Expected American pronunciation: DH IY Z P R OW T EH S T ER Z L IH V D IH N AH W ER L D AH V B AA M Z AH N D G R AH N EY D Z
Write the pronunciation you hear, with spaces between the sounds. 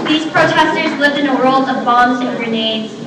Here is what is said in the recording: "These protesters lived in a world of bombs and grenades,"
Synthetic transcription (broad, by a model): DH IY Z P R OW T EH S T ER Z L IH V D IH N AH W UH L AH V B AA M Z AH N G R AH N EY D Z